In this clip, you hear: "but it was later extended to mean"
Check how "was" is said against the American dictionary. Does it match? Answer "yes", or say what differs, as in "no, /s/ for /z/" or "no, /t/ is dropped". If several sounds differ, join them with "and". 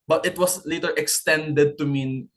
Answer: no, /s/ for /z/